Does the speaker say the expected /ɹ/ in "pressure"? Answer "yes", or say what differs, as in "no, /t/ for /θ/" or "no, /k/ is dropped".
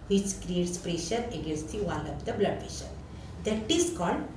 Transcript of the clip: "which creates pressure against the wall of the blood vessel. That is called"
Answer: yes